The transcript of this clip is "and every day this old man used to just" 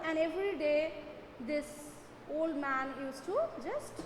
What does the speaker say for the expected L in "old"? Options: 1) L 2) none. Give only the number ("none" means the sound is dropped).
1